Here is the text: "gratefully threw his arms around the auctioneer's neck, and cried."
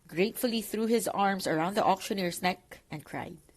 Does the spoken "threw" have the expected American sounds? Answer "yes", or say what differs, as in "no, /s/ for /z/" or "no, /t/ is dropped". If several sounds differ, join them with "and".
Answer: yes